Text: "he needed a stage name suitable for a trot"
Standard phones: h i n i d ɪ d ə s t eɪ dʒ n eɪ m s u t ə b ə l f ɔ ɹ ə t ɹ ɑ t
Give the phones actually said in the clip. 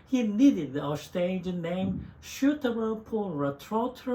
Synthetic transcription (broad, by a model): h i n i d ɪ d ə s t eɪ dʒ n eɪ m ʃ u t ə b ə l p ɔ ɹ ə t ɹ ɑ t